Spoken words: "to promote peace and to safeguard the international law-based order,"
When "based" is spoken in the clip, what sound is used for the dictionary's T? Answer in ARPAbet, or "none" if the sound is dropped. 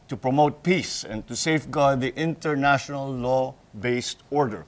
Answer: T